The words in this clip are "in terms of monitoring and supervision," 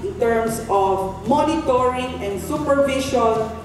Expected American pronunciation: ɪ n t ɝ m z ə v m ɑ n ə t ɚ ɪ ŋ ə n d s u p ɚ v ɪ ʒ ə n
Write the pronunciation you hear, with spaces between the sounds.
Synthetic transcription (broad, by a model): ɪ n t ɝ m s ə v m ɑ n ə t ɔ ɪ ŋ ə n d s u p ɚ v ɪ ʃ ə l